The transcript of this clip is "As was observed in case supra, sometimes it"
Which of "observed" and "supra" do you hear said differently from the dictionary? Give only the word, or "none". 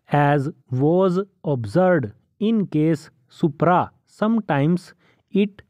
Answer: observed